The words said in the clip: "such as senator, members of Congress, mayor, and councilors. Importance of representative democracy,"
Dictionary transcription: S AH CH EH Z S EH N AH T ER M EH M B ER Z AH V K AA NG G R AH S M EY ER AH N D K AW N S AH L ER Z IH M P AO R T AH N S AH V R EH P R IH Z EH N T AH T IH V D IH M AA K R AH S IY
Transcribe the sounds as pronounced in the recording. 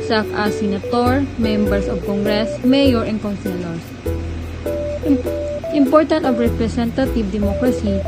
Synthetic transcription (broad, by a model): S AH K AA S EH N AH T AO M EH M B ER S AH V K AA NG G R AH S M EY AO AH N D K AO N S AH L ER S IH M P AO R T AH N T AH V R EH P R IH S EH N T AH T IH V D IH M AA K R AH S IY